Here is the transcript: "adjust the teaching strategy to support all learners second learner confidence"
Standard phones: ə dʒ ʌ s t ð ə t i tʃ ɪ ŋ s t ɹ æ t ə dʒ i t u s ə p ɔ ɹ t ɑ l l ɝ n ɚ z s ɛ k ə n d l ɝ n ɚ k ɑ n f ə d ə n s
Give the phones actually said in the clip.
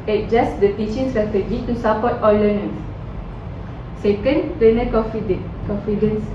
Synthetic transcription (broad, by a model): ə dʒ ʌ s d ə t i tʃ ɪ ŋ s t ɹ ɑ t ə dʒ i t u s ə p ɔ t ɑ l l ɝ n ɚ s s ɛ k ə n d n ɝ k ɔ k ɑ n f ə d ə n s